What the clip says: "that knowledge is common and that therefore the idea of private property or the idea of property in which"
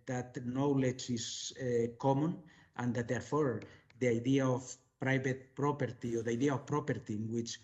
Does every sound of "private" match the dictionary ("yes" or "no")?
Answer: no